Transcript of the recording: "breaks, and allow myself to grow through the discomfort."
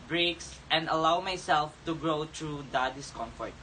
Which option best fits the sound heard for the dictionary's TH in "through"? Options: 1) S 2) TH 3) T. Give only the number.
3